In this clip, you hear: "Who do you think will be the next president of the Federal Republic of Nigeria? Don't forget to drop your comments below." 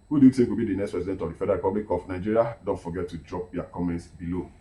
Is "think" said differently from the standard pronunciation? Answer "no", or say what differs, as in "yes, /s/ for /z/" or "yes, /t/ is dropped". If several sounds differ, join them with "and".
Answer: yes, /s/ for /θ/